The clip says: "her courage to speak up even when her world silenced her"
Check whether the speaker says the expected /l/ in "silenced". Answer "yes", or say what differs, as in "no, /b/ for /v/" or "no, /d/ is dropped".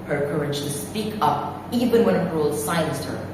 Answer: no, /l/ is dropped